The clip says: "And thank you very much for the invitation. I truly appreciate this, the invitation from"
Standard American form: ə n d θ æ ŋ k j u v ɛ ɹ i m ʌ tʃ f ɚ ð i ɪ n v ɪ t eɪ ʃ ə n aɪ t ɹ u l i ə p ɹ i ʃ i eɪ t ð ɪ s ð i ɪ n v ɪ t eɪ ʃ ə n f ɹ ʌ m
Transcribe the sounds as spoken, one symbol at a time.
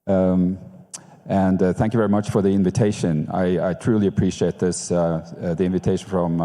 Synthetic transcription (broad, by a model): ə n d θ æ ŋ k j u v ɛ ɹ i m ʌ tʃ f ɚ ð i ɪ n v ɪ t eɪ ʃ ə n aɪ t ɹ u l i ə p ɹ i ʃ i eɪ t ð ɪ s ð i ɪ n v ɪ t eɪ ʃ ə n f ɹ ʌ m